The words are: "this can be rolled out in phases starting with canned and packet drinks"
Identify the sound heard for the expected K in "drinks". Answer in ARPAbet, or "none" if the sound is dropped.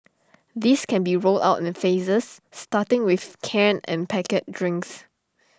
K